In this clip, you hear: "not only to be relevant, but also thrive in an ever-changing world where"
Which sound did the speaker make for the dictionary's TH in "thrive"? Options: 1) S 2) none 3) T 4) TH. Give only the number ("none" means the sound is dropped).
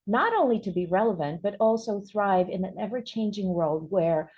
4